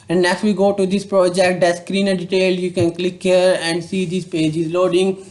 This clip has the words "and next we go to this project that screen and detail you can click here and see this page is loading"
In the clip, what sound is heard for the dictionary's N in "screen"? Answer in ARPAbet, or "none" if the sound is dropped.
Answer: N